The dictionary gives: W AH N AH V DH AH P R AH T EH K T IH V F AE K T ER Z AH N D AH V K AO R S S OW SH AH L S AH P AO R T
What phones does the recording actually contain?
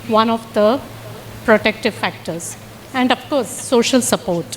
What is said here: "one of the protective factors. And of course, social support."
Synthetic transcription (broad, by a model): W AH N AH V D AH P R AH T EH K T IH V F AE K T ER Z AH N D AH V K AO R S S OW SH AH L S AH P AO R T